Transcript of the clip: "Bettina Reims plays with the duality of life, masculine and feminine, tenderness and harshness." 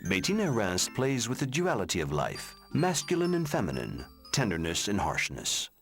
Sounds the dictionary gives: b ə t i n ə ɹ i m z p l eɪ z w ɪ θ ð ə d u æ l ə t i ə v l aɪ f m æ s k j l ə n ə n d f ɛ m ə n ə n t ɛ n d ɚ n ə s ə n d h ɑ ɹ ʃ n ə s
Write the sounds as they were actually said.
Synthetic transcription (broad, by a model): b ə t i n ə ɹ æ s p l eɪ z w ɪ ð ə d u æ l ə t i ə v l aɪ f m æ s k j l ə n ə n f ɛ m ə n ə n t ɛ n d ɚ n ə s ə n h ɑ ɹ ʃ n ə s